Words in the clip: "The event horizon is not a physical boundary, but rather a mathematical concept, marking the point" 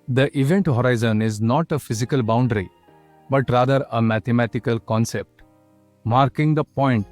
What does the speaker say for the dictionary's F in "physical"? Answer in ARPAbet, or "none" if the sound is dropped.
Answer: F